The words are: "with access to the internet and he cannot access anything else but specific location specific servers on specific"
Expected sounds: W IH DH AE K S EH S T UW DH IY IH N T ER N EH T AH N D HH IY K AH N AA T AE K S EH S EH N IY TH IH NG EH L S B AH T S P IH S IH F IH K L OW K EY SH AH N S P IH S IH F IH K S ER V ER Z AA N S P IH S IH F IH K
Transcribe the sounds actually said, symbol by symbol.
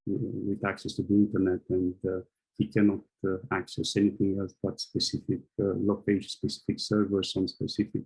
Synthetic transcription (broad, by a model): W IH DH AE K S EH S T UW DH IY IH N T ER N EH T AH N D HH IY K AH N AA T AE K S EH S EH N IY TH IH NG EH L S B AH T S P IH S IH F IH K L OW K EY AH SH S P IH S IH F IH K S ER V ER S AA N S P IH S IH F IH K